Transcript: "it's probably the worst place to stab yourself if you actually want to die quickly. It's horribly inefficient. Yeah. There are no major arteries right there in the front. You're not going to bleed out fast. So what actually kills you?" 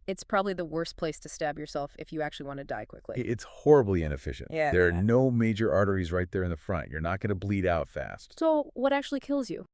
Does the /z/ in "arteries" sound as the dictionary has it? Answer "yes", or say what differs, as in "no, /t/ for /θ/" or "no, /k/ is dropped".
yes